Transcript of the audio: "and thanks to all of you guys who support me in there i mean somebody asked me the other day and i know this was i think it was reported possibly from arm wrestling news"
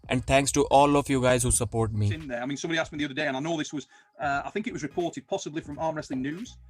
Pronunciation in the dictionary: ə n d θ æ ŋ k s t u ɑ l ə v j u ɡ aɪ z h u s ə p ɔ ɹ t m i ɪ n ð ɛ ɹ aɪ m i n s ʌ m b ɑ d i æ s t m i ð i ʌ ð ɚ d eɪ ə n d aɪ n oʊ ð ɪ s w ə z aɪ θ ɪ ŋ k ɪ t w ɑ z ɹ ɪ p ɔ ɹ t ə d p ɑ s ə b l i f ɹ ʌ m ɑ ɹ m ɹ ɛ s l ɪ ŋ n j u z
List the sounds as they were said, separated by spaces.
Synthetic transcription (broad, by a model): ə n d t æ ŋ k s t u ɑ l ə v j u ɡ aɪ z h u s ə p ɔ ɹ t m i ɪ n ð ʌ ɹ aɪ m i n s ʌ m b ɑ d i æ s m i ð i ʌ ð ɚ d eɪ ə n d aɪ n oʊ ð ɪ s w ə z aɪ θ ɪ ŋ k ɪ t w ɑ z ɹ ɪ p ɔ ɹ t ə d p ɑ s ə b l i f ɹ ʌ m ɑ ɹ m ɹ ɛ s l ɪ ŋ n j u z